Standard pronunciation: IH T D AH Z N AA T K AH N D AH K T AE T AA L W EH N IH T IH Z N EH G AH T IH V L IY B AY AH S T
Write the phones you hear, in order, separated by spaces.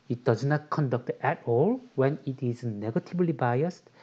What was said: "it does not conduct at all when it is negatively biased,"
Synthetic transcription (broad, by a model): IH T D AH Z N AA T K AH N D AH K T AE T AA L W EH N IH T IH Z N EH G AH T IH B L IY B AY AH S T